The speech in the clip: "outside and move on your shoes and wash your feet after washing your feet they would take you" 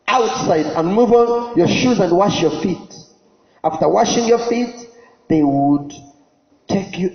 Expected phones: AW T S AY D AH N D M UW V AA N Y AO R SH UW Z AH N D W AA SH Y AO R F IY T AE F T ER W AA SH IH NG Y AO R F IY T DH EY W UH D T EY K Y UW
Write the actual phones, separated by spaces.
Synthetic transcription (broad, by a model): AW T S AY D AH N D M UW V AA Y AO R SH UW Z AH N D W AA SH Y AO R F IY T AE F T ER W AA SH IH NG Y AO R F IY T DH EY W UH D T EY K Y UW